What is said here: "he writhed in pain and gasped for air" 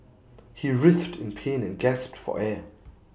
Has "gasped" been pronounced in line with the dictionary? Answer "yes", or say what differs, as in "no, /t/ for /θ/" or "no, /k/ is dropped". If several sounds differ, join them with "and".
yes